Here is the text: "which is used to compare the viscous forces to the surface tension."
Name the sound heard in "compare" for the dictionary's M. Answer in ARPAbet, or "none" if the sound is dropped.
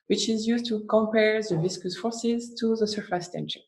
M